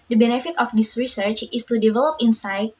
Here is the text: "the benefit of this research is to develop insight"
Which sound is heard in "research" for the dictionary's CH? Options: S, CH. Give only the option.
CH